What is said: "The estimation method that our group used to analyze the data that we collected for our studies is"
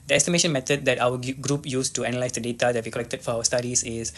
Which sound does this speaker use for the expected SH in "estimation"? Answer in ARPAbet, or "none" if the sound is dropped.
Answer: SH